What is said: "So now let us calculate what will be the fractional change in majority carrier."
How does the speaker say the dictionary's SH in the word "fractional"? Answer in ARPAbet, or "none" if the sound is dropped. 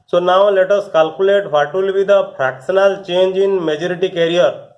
S